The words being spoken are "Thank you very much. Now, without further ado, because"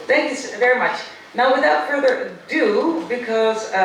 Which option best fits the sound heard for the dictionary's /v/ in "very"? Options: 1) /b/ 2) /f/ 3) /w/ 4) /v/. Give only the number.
4